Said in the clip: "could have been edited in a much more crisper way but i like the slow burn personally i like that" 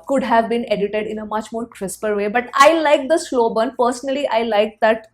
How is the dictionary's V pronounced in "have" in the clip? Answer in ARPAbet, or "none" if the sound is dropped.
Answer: V